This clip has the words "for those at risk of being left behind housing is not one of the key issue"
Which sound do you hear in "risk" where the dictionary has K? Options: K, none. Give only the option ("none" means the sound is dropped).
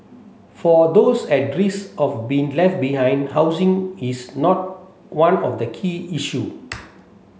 none